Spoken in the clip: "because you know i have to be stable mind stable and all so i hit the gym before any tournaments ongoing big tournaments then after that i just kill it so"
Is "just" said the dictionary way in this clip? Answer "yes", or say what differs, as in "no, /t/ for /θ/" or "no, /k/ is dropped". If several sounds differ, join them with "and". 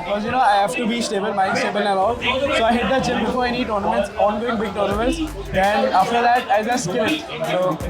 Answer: no, /z/ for /dʒ/